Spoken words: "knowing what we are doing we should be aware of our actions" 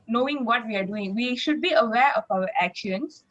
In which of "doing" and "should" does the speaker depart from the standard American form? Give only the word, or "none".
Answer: none